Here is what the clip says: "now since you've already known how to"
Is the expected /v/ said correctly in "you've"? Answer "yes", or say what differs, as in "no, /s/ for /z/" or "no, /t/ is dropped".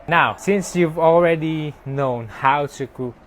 yes